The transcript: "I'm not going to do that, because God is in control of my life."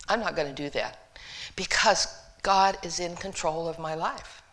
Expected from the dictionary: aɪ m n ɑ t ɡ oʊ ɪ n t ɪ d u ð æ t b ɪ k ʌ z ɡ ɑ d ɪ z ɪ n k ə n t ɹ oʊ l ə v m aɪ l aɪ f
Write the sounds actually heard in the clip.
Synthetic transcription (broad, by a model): aɪ m n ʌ t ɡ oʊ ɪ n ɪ d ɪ ð æ t b ɪ k ʌ z ɡ ɑ d ɪ z ɪ n k ə n t ɹ oʊ l ə v m aɪ l aɪ f